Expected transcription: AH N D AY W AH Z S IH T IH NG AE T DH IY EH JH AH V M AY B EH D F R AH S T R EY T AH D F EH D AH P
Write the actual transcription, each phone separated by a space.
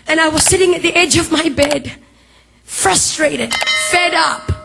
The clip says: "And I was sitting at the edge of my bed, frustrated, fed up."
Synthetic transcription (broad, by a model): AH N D AY W AH Z S IH T IH NG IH T DH IY EH JH AH V M AY B EH D F R AH S T R EY T AH D F EH D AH P